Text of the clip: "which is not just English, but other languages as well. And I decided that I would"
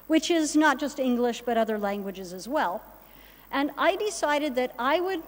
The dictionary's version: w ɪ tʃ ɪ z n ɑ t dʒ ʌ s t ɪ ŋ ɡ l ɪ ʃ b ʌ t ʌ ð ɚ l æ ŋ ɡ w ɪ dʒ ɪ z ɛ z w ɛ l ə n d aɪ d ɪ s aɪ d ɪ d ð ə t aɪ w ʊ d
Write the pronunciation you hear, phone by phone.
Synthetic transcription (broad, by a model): w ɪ tʃ ɪ z n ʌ t dʒ ʌ s t ɪ ŋ ɡ l ɪ ʃ b ʌ t ʌ ð ɚ l æ ŋ ɡ w ɪ dʒ ɪ z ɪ z w ɛ l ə n aɪ d ɪ s aɪ d ɪ d ð ə t aɪ w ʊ d